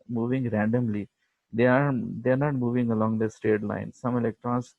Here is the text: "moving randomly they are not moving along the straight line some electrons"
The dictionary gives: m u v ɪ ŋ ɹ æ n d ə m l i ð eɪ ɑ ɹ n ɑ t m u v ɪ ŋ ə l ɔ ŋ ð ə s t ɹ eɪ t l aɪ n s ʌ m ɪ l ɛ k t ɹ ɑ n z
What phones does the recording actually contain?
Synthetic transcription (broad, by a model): m u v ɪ ŋ ɹ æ n d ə m l i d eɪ ɑ ɹ n ɑ t m u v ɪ ŋ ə l ɔ ŋ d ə s t eɪ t l aɪ n s ʌ m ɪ l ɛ k t ɹ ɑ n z